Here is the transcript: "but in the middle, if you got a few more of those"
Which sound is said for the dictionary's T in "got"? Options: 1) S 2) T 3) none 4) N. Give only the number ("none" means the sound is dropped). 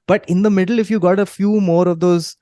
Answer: 2